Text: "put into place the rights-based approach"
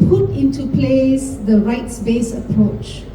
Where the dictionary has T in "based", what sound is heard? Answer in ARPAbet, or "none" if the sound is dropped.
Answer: none